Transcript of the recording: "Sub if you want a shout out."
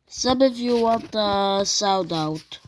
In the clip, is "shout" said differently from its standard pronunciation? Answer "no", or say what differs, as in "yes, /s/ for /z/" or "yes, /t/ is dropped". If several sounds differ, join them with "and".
yes, /s/ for /ʃ/